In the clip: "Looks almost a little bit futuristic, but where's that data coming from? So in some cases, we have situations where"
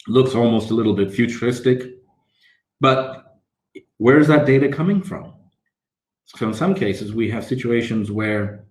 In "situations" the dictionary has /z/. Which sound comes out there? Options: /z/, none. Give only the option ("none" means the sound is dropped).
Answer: /z/